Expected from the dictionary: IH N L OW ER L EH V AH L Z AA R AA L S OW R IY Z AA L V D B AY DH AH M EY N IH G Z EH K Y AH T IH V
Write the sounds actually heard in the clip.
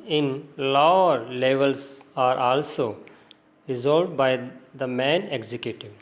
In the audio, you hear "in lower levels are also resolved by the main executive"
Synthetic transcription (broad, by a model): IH N L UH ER L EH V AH L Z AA R AA L S OW R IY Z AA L D B AY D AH M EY N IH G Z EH K Y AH T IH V